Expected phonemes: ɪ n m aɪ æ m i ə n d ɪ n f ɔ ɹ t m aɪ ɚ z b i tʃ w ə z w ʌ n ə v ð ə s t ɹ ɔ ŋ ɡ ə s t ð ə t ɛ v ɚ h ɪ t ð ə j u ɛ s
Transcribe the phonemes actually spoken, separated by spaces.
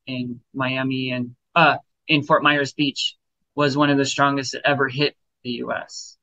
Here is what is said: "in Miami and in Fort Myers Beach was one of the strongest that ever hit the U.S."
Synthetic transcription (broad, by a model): ɪ n m aɪ æ m i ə n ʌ ɪ n f ɔ ɹ t m aɪ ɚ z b i tʃ w ə z w ʌ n ə v ð ə s t ɹ ɔ ŋ ɡ ə s t ð ə t ɛ v ɚ h ɪ t ð ə j u ɛ s